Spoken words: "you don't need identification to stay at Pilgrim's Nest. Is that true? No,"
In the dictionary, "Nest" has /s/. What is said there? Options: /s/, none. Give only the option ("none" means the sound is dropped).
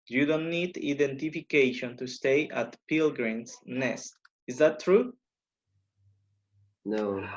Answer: /s/